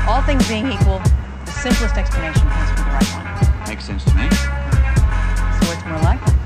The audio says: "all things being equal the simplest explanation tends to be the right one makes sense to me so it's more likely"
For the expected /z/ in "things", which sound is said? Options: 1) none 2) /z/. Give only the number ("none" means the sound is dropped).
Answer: 2